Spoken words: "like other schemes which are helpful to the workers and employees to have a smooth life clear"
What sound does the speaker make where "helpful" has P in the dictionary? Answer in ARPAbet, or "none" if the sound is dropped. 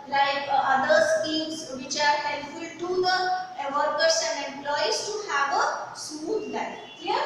none